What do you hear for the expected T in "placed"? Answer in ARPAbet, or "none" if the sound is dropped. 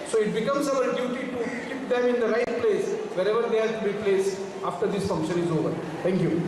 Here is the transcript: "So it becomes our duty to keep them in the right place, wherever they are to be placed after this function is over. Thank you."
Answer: none